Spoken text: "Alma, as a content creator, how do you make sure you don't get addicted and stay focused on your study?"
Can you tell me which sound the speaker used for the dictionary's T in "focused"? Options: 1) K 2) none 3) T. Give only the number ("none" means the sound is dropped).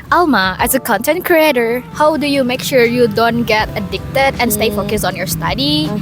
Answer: 2